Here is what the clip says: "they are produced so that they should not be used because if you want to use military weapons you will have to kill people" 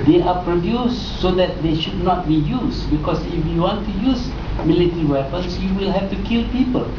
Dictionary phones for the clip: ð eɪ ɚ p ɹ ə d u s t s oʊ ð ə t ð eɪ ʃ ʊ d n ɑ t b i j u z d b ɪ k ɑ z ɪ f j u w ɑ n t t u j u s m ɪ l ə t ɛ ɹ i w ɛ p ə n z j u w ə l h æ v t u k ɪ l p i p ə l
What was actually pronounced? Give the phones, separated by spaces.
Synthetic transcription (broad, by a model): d eɪ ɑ p ɹ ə d u s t s oʊ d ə t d eɪ ʃ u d n ɑ t b i j u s b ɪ k ɑ s ɪ f j u w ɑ n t t u j u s m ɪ l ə t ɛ ɹ i w ɛ p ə n s j u w ə l h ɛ f t u k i l p i p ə l